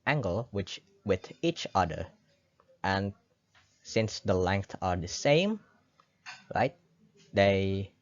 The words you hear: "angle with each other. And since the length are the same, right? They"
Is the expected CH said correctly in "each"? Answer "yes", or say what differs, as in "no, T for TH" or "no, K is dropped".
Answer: yes